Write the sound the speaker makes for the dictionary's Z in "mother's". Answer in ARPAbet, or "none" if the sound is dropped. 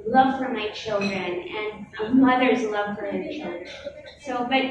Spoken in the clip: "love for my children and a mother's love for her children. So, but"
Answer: Z